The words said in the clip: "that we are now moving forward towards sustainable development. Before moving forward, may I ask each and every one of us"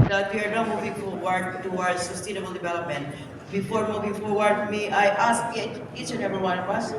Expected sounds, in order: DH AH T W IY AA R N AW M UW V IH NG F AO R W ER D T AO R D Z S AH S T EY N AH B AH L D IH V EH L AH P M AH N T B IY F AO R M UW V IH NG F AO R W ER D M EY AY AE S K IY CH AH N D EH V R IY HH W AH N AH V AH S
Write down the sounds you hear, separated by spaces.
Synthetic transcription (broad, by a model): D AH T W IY AA R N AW M UW V IH NG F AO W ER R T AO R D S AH S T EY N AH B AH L D IH V EH L AH P M AH N T B IY F AO R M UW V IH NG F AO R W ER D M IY AY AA S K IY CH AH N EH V IY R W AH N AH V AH S